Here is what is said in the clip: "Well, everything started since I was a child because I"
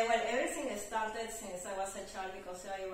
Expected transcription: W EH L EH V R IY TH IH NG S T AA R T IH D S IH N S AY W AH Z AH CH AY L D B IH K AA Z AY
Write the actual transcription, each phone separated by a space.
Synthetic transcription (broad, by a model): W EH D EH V R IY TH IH NG S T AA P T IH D S IH N S AY W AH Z AH CH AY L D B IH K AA S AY